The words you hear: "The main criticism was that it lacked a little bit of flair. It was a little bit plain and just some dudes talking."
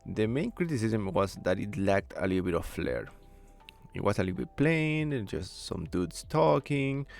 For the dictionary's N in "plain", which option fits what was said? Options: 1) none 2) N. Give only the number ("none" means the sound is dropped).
1